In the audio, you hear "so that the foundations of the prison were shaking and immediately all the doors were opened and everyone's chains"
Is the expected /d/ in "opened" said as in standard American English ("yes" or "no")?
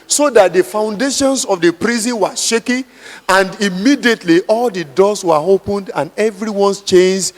yes